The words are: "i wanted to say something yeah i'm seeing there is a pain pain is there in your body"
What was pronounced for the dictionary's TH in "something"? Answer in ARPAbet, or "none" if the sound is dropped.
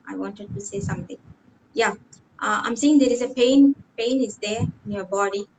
T